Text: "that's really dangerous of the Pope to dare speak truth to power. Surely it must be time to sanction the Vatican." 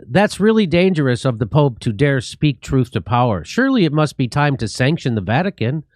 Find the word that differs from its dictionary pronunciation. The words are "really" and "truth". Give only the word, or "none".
none